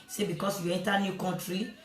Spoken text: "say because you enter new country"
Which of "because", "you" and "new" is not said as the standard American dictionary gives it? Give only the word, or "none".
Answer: because